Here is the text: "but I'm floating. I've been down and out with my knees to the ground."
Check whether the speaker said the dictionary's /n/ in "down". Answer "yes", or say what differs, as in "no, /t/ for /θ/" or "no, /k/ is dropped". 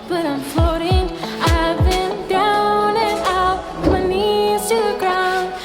no, /n/ is dropped